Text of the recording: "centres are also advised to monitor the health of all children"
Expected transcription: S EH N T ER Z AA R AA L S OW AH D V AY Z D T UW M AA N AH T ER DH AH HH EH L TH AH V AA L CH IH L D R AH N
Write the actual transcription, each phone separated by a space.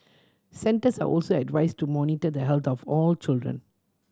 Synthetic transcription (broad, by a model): S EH N T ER S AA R AA L S OW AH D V AY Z T UW M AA N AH T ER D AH HH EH L T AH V AA L CH IH L D R AH N